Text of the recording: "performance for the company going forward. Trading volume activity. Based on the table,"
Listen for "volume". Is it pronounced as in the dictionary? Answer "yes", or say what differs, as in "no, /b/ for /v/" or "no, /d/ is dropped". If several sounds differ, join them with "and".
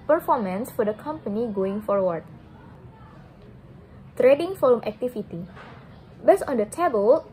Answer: no, /f/ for /v/